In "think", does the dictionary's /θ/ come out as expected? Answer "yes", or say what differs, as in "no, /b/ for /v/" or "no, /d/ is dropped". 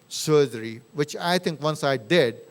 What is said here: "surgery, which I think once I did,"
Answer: no, /t/ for /θ/